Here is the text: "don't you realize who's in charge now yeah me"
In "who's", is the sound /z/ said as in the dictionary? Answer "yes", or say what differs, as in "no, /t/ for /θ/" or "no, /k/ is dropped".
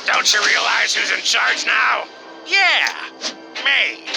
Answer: yes